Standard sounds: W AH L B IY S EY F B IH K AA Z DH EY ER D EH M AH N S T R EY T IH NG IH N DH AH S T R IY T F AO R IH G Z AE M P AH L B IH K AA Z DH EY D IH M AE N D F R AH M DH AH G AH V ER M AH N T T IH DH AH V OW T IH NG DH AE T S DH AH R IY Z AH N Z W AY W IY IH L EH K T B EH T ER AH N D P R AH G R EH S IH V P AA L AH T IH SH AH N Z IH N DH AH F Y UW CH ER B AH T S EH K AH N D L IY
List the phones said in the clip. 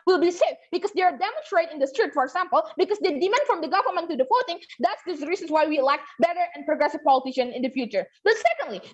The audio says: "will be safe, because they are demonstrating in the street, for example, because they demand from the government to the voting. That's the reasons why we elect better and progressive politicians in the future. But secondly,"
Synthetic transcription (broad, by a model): W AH L B IY S EY F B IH K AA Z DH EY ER D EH M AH N S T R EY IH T IH N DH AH S T R IY T F AO R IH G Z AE M P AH L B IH K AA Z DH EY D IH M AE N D F R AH M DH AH G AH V ER M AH N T T IH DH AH F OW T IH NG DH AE T S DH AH R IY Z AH N S W AY W IY IH L EH K T B EH T ER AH N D P R AH G R EH S IH V P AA L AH T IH SH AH N IH N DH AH F Y UW CH ER B AH T S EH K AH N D L IY